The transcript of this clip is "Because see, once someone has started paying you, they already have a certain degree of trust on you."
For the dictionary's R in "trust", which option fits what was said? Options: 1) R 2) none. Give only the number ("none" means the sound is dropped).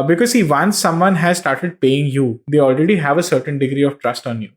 1